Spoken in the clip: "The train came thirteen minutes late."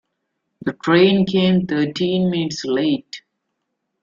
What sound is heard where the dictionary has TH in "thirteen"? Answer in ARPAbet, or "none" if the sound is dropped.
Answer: T